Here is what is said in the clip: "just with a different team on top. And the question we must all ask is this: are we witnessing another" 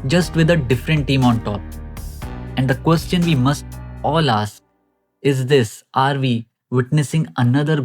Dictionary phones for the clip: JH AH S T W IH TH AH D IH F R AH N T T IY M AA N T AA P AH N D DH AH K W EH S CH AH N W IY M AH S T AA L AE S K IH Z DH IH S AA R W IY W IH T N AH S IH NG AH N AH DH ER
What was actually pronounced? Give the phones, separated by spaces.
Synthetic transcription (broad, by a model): JH AH S T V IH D AH D IH F R AH N T T IY M AA N T AA P AH N D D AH K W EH S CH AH N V IY M AH S T AA L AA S IH Z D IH S AA R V IY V IH T N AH S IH NG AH N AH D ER